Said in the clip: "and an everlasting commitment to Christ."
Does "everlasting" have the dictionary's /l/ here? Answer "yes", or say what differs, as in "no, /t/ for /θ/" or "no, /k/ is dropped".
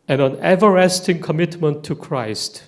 no, /l/ is dropped